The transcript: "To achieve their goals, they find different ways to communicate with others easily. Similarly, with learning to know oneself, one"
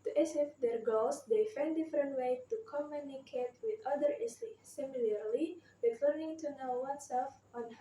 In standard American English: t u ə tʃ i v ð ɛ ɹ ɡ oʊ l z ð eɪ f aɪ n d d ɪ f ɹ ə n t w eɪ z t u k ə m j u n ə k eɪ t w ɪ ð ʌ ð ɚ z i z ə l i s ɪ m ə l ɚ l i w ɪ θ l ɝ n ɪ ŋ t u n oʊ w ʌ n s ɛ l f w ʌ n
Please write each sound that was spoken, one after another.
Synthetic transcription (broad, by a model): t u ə s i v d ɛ ɹ ɡ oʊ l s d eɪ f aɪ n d d ɪ f ɹ ə n t w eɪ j t u k ə m j u n ə k eɪ t w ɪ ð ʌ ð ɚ i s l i s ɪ m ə l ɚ l i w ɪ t l ɝ n ɪ ŋ t u n oʊ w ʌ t s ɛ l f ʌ n